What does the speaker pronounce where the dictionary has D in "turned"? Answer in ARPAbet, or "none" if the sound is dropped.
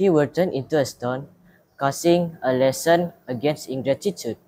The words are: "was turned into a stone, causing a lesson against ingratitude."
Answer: none